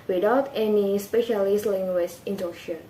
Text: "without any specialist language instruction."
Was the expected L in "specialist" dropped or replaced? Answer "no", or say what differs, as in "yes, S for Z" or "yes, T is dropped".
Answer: no